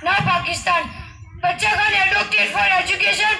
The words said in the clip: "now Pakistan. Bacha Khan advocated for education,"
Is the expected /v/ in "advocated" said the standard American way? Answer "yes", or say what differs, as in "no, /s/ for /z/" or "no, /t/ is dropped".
no, /v/ is dropped